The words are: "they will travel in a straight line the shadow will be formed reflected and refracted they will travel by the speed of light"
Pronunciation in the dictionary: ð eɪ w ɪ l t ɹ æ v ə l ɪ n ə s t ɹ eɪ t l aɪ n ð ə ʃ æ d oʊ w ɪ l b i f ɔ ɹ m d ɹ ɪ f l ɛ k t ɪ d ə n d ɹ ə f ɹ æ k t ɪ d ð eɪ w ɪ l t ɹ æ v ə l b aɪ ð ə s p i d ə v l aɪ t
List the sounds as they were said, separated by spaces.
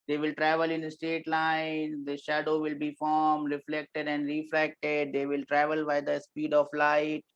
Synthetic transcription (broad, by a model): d eɪ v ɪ l t ɹ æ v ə l ɪ n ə s t eɪ t l aɪ n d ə ʃ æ d oʊ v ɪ l b i f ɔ ɹ m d ɹ ɪ f l ɛ k t ɪ d ə n d ɹ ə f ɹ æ k t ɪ d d eɪ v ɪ l t ɹ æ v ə l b aɪ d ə s p i d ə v l aɪ t